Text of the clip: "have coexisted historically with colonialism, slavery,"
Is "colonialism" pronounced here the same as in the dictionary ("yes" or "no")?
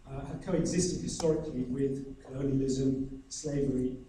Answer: yes